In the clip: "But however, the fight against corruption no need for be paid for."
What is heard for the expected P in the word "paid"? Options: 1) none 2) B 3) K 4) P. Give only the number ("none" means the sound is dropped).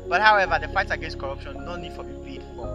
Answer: 2